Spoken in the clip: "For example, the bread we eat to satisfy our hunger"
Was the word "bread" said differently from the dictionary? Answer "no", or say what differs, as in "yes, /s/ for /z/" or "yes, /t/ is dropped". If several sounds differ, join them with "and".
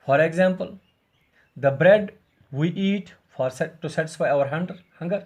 no